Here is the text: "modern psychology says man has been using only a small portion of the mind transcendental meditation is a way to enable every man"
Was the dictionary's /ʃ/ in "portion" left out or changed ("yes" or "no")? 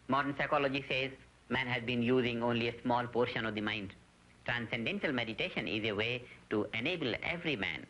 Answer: no